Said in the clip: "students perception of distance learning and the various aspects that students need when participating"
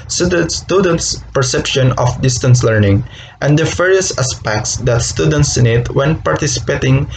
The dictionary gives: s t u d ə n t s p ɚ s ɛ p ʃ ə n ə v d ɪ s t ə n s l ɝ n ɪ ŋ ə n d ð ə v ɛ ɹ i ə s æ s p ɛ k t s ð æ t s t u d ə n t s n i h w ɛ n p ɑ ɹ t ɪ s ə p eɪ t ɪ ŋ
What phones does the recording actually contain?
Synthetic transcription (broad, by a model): s t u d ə n t s p ɚ s ɛ p ʃ ə n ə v d ɪ s t ə n s l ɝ n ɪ ŋ ə n d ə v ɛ ɹ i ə s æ s p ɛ k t s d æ t s t u d ə n t s n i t w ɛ n p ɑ ɹ t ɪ s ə p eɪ t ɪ ŋ